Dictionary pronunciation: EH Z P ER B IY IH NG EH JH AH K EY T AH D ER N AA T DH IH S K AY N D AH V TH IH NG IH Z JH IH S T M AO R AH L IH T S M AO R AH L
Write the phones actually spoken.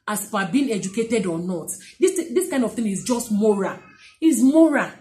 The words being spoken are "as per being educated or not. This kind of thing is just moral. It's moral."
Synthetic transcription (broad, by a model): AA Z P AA B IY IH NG EH JH AH K EY T AH D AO N AA T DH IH S K AY N D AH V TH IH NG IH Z JH IH S T M AO R AH L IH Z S M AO R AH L